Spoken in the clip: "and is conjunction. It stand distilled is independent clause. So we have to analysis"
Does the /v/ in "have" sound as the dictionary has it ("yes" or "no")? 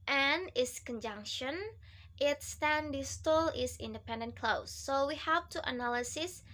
no